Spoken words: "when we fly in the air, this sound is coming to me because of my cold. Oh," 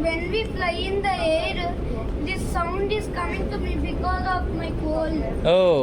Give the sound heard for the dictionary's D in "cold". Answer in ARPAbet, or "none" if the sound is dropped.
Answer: none